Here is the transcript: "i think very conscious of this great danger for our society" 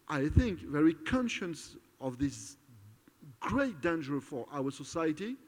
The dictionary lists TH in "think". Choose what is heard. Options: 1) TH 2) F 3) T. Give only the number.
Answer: 1